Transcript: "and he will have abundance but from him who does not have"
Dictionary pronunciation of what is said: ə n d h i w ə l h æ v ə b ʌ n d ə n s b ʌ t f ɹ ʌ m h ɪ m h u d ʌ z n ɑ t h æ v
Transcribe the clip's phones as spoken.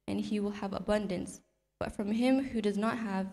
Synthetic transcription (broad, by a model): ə n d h i w ə l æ v ə b ʌ n d ə n s b ʌ t f ɹ ʌ m h ɪ m h u d ʌ z n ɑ t h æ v